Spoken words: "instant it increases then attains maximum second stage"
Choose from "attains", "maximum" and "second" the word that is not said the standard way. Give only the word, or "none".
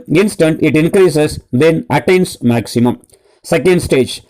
attains